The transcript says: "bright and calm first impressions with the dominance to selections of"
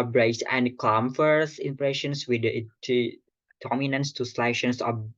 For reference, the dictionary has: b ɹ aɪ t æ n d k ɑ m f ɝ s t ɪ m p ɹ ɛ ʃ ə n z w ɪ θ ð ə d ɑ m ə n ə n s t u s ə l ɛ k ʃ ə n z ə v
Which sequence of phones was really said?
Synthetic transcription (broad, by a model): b ɹ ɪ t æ n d k ɑ m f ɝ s ɪ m p ɹ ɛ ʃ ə n s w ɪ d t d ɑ m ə n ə n s t u s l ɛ ʃ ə n s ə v